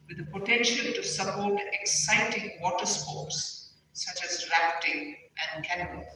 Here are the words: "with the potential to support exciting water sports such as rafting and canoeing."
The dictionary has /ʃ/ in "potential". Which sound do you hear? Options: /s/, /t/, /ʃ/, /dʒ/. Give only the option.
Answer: /ʃ/